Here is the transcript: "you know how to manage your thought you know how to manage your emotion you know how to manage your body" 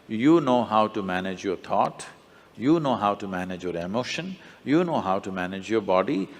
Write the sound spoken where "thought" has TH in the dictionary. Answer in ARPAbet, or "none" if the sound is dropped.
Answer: T